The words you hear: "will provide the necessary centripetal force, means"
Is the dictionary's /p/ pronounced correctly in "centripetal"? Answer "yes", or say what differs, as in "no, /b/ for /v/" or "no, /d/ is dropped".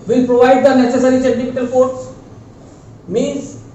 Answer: no, /f/ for /p/